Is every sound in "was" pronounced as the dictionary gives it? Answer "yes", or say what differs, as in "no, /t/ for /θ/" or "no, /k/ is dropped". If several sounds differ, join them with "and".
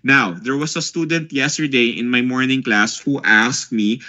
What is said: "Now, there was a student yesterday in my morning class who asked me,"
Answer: no, /s/ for /z/